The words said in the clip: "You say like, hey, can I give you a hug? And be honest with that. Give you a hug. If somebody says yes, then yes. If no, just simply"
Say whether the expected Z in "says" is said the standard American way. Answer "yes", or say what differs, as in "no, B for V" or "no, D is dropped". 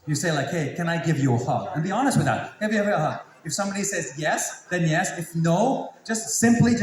yes